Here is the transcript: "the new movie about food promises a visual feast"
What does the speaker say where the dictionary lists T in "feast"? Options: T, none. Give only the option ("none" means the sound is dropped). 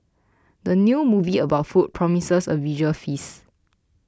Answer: none